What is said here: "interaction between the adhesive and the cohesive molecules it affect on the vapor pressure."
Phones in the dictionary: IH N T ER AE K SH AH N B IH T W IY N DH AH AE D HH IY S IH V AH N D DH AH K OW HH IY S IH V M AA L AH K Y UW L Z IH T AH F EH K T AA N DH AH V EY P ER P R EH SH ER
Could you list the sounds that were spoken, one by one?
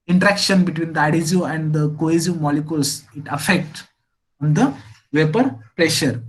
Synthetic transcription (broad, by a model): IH N T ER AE K SH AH N B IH T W IY N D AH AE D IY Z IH AH N D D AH K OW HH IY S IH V M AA L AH K Y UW L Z IH T AH F EH K T AA N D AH V EY P ER P R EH SH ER